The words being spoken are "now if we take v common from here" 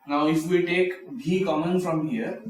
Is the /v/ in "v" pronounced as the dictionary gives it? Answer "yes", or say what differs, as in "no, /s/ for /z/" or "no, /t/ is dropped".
no, /b/ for /v/